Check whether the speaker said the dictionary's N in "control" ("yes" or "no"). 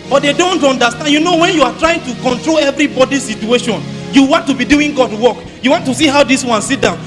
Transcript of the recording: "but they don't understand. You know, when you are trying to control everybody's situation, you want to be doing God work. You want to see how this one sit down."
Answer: yes